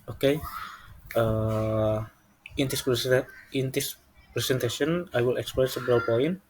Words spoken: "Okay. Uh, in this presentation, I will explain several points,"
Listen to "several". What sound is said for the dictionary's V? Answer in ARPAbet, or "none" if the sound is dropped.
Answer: B